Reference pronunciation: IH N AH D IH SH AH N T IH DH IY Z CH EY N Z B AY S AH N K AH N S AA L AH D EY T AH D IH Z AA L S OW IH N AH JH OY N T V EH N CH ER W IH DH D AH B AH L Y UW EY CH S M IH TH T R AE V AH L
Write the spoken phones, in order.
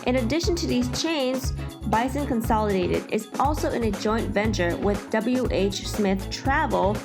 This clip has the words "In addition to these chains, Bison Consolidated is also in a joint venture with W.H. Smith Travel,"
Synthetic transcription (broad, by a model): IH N AH D IH SH AH N T IH DH IY Z CH EY N Z B AY S AH N K AH N S AA L AH D EY T AH D IH Z AA L S OW IH N AH JH OY N T V EH N CH ER W IH DH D AH B L Y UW EY CH S M IH TH T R AE V L